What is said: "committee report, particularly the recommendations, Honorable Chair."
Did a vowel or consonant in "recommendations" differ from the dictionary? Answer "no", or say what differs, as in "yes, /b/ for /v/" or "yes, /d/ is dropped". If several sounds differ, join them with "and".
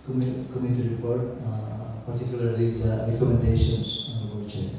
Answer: yes, /s/ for /z/